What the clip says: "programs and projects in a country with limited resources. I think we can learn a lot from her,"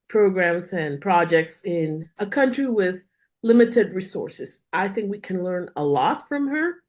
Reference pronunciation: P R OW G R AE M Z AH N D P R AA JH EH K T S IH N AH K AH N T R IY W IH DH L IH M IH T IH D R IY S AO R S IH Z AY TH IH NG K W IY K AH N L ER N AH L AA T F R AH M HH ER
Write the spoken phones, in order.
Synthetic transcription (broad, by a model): P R OW G R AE M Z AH N P R AA JH EH K T S IH N AH K AH N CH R IY W IH DH L IH M IH T IH D R IY S AO R S IH Z AY TH IH NG K W IY K AH N L ER N AH L AA T F R AH M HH ER